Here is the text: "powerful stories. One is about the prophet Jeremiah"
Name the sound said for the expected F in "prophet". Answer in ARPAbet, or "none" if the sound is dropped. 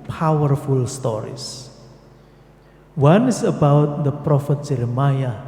F